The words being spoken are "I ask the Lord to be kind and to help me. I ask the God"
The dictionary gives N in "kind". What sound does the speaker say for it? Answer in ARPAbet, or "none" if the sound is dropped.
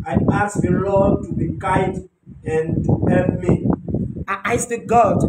none